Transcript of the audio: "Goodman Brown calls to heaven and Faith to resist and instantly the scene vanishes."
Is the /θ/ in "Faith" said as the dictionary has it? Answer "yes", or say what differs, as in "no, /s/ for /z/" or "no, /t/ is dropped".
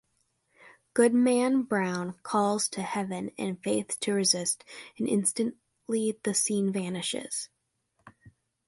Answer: yes